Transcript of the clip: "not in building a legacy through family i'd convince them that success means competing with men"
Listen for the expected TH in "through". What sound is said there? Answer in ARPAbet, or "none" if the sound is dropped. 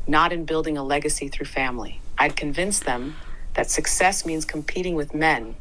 TH